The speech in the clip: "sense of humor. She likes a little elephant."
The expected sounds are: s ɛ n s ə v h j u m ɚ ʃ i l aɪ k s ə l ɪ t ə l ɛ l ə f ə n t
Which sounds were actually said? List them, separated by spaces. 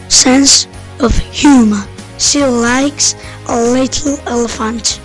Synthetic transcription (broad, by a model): s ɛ n s ə v h j u m ɚ s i l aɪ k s ə l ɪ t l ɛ l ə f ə n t